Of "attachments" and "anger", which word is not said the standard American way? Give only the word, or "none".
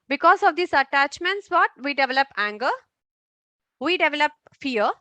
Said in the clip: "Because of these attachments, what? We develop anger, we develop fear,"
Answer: none